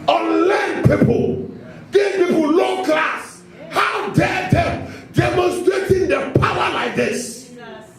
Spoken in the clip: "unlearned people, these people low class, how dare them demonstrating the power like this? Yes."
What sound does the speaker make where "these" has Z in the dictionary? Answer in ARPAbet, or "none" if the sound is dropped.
none